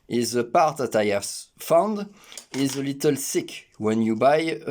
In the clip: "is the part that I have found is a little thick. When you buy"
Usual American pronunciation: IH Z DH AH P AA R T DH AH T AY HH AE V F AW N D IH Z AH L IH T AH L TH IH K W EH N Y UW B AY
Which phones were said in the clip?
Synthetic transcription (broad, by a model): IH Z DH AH P AA R T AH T AY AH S F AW N D IH Z AH L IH T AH L S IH K W EH N Y UW B AY